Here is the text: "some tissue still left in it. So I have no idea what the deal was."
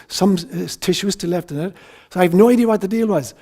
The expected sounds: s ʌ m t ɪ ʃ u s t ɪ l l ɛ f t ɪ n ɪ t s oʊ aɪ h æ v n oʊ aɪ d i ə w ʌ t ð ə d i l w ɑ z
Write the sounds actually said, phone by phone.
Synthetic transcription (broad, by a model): s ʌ m t ɪ ʃ u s t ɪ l l ɛ f t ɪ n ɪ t s oʊ aɪ v n oʊ aɪ d i ə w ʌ t ð ə d i l w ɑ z